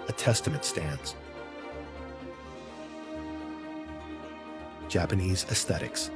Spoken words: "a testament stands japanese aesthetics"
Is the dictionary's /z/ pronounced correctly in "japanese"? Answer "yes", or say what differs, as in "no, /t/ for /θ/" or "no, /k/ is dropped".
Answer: yes